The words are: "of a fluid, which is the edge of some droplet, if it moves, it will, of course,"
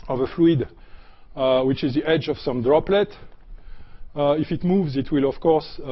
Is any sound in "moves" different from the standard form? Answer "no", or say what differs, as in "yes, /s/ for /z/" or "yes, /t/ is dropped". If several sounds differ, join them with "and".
no